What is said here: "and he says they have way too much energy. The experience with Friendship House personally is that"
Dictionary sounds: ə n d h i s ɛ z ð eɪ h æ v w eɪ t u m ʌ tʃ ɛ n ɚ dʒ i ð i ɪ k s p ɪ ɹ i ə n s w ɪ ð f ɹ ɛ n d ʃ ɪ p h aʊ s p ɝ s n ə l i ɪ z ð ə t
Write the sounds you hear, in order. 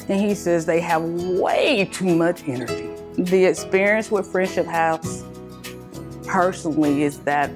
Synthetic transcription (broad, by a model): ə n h i s ɛ z ð eɪ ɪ v w eɪ t u m ʌ tʃ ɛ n ɚ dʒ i ð i ɪ k s p ɪ ɹ i ə n s w ɪ ð f ɹ ɛ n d ʃ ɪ p h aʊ p ɝ s n l i ɪ z ð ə t